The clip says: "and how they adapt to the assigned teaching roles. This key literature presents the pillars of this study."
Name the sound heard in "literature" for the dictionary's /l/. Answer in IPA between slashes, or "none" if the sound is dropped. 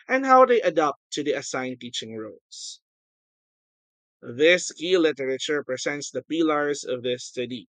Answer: /l/